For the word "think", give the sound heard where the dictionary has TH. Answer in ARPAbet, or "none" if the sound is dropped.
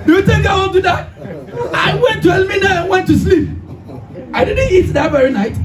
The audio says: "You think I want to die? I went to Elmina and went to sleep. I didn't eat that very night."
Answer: T